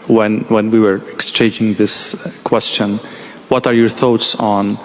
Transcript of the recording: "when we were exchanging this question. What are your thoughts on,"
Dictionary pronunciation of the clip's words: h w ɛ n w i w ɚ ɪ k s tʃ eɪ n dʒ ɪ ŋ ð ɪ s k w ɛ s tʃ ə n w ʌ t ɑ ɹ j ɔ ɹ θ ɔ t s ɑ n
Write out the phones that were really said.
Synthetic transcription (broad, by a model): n w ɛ n w i w ɚ ɪ k s tʃ eɪ n dʒ ɪ ŋ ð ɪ s k w ɛ s tʃ ə n w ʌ t ɑ ɹ j ɔ ɹ θ ɔ t s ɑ n